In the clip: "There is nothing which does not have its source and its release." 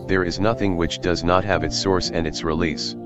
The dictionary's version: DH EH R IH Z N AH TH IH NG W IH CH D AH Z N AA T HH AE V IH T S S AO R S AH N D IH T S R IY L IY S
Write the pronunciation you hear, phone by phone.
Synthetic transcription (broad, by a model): DH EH R IH Z N AH TH IH NG W IH CH D AH Z N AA T HH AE V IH T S S AO R S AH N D IH T S R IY L IY S